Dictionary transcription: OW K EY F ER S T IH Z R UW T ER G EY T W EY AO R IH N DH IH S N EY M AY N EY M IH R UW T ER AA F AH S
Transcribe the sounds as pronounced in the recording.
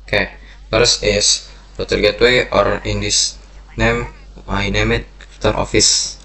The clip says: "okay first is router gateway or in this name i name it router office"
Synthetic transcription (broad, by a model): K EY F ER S IH S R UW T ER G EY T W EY AO R IH N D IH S N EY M AY N EY M IH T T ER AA F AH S